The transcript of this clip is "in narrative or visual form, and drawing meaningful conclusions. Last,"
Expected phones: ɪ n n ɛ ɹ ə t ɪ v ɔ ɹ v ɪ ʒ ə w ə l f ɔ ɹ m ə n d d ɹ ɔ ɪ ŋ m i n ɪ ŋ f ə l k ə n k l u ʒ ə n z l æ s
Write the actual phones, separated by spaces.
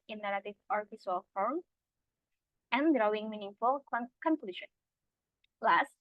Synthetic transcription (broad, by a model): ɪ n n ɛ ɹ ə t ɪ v ɔ ɹ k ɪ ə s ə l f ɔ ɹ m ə n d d ɹ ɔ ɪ ŋ m i n ɪ ŋ f ə l k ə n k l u ʃ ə n l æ s